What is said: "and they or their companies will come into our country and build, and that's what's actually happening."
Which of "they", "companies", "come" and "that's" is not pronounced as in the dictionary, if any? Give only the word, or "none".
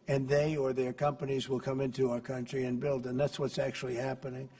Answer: none